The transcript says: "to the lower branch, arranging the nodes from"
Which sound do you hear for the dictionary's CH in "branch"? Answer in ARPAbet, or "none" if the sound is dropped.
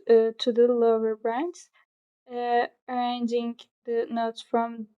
S